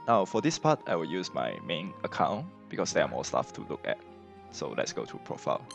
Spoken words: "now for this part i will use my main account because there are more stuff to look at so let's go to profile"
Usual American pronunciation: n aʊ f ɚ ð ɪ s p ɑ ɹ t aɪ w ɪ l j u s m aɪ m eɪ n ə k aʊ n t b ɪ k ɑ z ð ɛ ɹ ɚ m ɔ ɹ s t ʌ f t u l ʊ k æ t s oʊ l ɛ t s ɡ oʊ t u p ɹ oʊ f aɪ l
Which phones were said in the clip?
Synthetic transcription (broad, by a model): n aʊ f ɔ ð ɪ s p ɑ t aɪ w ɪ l j u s m aɪ m eɪ n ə k aʊ n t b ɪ k ɑ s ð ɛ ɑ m ɔ l s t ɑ f t u l ʊ k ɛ t s oʊ l ɛ t s ɡ oʊ t u p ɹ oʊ f aɪ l